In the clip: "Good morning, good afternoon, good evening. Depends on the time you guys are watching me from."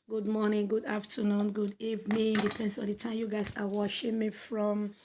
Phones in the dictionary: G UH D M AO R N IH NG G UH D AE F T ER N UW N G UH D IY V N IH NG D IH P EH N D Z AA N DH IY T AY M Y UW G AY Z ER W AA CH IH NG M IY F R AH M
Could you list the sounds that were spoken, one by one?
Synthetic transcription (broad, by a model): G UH D M AO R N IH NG G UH D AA F T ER N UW N G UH D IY V N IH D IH P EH N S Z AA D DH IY T AY M Y UW G AY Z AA W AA SH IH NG M IY F R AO M